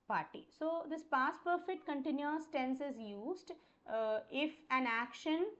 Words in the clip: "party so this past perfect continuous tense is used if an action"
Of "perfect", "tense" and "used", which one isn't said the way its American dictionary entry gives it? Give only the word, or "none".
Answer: none